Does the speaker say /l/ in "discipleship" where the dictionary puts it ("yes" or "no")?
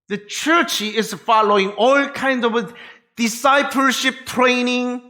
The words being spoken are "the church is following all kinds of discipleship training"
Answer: yes